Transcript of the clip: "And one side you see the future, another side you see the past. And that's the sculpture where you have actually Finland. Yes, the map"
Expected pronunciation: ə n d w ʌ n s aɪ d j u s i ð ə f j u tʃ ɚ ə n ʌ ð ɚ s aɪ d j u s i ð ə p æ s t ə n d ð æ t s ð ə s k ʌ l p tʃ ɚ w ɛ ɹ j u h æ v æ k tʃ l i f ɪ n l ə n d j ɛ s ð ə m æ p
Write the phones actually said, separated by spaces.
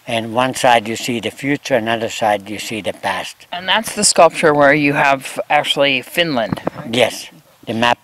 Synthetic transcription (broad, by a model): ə n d w ʌ n s aɪ d j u s i ð ə f j u tʃ ɚ ə n ʌ ð ɚ s aɪ d j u s i ð ə p æ s t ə n ð æ t s ð ə s k ʌ l p tʃ ɚ w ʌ ɹ j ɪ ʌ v æ k tʃ l i f ɪ n l ə n d j ɛ s ð ə m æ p